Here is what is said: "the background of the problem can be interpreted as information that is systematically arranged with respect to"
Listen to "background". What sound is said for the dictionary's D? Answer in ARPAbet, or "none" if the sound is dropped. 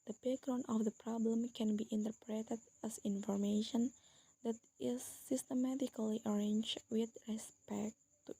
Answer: none